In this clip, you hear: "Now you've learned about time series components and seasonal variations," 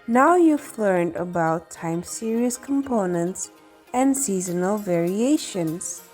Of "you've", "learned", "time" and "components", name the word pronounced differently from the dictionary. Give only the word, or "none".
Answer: none